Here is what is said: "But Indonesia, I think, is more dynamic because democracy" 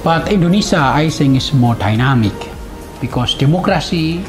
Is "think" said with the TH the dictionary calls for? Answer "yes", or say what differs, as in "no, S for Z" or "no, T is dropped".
no, S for TH